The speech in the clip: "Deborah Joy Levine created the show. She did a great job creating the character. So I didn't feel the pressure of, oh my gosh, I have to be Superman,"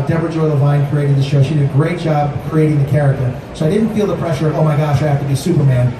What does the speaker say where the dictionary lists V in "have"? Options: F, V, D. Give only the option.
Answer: F